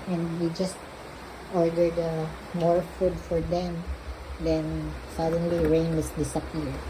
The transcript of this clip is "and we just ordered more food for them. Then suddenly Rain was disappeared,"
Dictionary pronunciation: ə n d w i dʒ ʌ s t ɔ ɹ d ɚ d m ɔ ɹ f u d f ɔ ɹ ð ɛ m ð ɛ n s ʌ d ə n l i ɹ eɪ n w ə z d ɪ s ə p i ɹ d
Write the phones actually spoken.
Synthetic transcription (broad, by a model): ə n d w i dʒ ʌ s t ɔ ɹ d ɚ d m ɔ ɹ f u d f ɔ ɹ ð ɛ m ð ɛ n s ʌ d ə n l i ɹ eɪ n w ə s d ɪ s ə p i ɹ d